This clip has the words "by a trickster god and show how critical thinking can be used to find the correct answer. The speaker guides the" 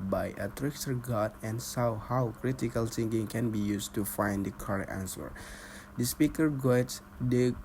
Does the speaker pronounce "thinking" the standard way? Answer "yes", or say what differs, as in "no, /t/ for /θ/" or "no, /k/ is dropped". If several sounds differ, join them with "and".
no, /s/ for /θ/